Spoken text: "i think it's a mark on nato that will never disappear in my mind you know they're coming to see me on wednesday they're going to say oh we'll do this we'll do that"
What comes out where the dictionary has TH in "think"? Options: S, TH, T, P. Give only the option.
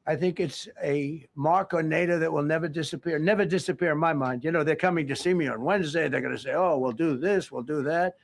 TH